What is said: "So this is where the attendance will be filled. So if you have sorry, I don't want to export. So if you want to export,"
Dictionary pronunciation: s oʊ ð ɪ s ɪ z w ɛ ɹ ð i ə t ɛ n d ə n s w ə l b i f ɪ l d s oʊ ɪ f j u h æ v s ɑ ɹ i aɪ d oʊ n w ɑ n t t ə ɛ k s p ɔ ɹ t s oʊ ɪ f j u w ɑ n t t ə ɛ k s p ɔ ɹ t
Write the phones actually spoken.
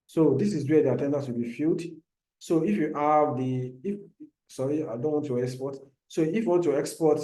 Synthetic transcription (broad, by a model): s oʊ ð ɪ s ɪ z w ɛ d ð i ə t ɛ n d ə s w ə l b i f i l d s oʊ ɪ f j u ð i f s ɑ ɹ i aɪ d oʊ n w ɑ n t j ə ɛ k s p ɔ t s oʊ ɪ f j u w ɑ n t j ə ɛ k s p ɔ t